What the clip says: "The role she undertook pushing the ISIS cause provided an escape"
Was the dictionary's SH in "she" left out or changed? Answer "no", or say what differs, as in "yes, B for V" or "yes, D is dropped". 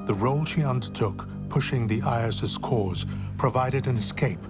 no